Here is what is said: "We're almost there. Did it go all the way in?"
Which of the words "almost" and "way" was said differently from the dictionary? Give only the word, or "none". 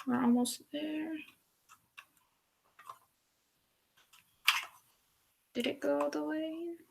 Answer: almost